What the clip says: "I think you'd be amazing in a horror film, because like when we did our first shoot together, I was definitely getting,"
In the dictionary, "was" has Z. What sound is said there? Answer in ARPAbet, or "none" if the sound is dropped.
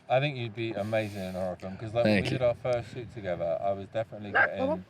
Z